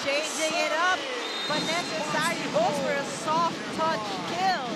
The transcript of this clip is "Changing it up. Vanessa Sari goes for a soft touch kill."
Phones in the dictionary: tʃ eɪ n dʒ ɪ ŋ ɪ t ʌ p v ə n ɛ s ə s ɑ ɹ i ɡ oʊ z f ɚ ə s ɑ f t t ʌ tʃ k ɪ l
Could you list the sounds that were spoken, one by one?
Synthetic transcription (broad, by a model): tʃ eɪ n dʒ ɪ ŋ ɪ t ʌ p b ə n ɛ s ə s ɑ ɹ i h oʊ f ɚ ə s ɑ f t t ʌ tʃ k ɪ l